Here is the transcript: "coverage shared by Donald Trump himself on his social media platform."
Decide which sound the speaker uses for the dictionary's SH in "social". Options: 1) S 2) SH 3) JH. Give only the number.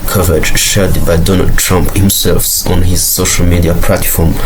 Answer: 2